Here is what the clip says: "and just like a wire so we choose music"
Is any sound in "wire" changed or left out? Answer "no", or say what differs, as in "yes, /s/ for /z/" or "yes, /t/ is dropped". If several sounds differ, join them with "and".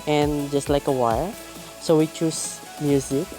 yes, /l/ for /ɹ/